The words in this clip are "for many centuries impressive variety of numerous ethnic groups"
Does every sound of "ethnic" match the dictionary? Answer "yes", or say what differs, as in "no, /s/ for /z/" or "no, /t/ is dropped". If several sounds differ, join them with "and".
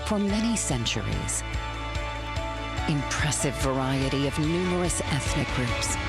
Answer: yes